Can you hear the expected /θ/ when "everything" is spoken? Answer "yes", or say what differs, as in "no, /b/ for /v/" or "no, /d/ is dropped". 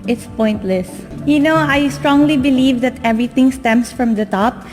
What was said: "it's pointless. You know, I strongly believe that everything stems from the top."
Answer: no, /t/ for /θ/